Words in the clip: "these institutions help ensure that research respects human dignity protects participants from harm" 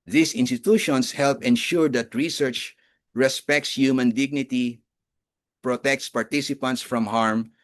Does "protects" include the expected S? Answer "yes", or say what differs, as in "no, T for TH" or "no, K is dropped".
yes